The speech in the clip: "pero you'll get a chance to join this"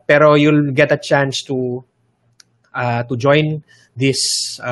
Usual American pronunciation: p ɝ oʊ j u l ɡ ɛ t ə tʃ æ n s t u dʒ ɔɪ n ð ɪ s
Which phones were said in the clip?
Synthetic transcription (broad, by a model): p ɝ oʊ j u l ɡ ɛ t ə tʃ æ n s t u dʒ ɔɪ n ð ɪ s